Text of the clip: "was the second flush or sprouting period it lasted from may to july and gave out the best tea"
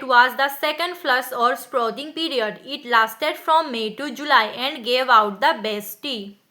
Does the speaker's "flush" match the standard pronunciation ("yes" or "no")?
no